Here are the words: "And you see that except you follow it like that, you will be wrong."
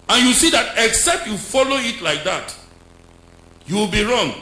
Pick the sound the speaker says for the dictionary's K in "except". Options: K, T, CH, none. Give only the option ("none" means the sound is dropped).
K